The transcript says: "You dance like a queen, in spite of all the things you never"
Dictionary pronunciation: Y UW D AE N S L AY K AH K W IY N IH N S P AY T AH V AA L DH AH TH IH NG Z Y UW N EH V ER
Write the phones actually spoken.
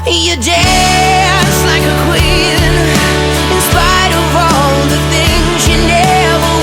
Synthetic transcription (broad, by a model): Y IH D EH S L AY K AH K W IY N IH N S P AY T AH V AA L DH AH TH IH NG Z Y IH N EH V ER